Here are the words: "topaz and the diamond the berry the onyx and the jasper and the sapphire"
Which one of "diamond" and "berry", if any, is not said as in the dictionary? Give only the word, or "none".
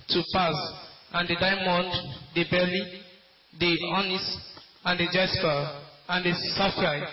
berry